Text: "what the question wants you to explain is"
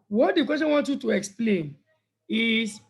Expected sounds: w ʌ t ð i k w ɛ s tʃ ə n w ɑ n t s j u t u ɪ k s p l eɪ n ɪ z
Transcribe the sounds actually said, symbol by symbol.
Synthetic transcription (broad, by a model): w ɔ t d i k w ɛ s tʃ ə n w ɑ n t j u t u ɪ k s p l eɪ n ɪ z